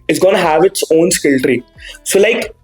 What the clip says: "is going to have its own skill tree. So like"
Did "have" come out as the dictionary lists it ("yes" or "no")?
yes